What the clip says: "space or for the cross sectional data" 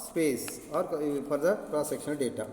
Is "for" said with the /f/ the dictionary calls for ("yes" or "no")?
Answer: no